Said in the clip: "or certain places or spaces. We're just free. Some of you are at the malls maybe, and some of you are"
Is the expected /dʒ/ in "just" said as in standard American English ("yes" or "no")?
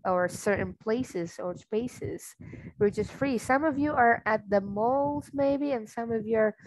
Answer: no